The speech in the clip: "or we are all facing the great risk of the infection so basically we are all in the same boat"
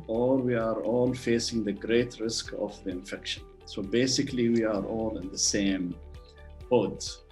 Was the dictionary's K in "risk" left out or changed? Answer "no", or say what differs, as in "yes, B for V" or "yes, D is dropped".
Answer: no